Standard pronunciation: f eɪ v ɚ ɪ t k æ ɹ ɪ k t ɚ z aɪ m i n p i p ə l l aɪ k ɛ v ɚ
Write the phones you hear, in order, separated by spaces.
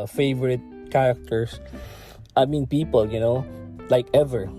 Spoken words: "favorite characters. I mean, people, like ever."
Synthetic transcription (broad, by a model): f eɪ v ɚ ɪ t k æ ɹ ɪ k t ɚ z aɪ m i n p i p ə n l aɪ k ɛ v ɚ